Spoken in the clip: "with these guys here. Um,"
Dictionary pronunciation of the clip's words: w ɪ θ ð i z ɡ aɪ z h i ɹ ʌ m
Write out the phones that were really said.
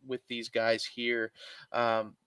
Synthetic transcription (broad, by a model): w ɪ ð i z ɡ aɪ z h i ɹ ʌ m